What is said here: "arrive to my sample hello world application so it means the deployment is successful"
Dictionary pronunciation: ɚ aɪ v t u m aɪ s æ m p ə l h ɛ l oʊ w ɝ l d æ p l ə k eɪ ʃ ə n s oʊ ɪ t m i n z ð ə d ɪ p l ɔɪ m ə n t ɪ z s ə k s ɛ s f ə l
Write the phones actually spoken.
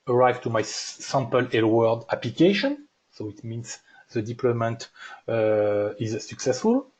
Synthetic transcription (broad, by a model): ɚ aɪ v t u m aɪ s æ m p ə l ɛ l w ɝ d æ p l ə k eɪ ʃ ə n s oʊ ɪ t m i n s ð ə d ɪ p l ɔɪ m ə n t ɪ z s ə k s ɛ s f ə l